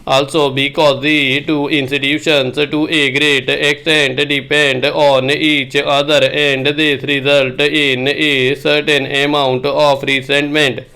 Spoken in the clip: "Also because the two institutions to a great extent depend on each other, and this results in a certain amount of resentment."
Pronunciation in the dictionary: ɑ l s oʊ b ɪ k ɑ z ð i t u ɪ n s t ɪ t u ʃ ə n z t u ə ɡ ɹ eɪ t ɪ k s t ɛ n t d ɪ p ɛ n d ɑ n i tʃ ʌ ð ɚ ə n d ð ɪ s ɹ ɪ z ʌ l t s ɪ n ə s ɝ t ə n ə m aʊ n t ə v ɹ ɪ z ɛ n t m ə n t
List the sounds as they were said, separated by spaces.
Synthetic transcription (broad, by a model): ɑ l s oʊ b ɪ k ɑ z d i t u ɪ n s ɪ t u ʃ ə n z t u ə ɡ ɹ eɪ t ɪ k s t ɛ n t d ɪ p ɛ n d ɑ n i tʃ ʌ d ɚ ə n d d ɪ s ɹ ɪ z ʌ l t ɪ n ə s ɝ t ə n ə m aʊ n t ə p ɹ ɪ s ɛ n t m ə n t